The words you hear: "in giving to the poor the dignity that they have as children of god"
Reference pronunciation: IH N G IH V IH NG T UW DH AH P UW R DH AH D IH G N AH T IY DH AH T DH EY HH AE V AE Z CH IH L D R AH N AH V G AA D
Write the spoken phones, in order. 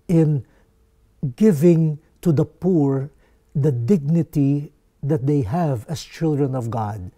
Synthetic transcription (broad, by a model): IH N G IH V IH NG T UW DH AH P UW R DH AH D IH G N AH T IY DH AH T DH EY HH AE V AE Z CH IH L D R AH N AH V G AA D